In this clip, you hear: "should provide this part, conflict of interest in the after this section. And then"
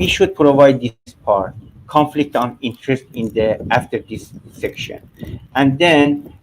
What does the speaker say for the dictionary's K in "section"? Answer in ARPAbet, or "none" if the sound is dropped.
K